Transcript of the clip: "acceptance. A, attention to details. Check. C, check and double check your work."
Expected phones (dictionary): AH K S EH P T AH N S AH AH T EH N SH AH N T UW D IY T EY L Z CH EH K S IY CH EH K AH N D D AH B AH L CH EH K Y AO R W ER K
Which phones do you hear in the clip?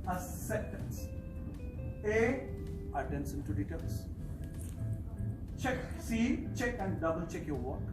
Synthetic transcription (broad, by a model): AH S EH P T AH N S AH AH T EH N S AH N T UW D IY T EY L S CH EH K S IY CH EH K AH N D D AH B AH L CH EH K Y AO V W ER